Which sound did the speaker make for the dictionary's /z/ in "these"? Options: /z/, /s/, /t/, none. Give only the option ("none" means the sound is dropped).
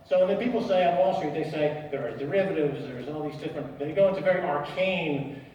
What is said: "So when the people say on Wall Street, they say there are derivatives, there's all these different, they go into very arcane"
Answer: /z/